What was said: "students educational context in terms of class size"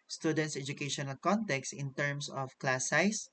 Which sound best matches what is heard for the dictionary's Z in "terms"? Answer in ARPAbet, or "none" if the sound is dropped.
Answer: S